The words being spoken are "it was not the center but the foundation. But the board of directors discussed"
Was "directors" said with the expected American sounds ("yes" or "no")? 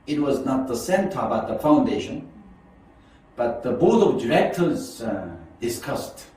yes